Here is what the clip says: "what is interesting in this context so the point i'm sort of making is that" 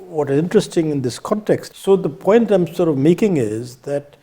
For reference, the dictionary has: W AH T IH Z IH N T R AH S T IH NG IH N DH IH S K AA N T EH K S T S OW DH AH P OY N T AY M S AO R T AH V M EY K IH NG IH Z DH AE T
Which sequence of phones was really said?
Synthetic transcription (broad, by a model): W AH T IH Z IH N T R AH S T IH NG IH N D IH S K AA N T EH K S T S OW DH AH P OY N T AY M S AO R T AH V M EY K IH NG IH Z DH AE T